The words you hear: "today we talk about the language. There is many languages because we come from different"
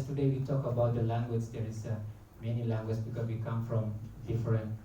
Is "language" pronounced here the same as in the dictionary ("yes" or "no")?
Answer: yes